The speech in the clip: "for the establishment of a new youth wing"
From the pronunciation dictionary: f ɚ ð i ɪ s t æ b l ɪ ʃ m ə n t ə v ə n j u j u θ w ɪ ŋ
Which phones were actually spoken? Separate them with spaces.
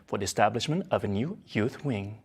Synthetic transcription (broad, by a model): f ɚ ð i ɪ s t æ b l ɪ ʃ m ə n t ə v ə n j u j u θ w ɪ ŋ